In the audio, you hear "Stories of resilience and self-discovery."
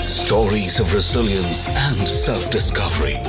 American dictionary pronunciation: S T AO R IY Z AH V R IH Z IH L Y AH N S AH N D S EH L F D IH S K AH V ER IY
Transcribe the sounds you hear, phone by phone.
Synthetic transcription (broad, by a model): S T AO R IY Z AH V R IH Z IH L Y AH N S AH N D S EH L F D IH S K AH V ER IY